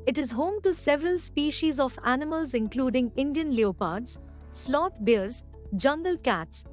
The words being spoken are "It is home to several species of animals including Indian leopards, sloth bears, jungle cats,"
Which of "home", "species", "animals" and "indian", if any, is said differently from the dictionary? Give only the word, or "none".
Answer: none